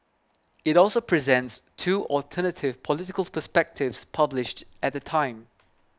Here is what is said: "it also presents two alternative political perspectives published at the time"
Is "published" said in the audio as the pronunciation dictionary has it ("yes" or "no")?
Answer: yes